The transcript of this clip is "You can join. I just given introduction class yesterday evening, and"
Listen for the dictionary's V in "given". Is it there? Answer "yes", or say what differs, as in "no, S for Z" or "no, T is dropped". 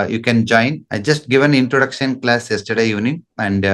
yes